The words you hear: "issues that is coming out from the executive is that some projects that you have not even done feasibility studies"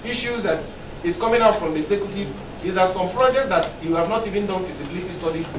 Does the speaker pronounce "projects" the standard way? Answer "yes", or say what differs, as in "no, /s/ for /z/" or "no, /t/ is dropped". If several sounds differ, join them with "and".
yes